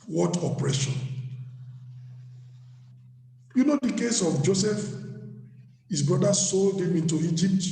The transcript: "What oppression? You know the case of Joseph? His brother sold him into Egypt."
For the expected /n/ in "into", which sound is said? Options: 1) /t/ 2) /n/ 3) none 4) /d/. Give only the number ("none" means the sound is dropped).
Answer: 2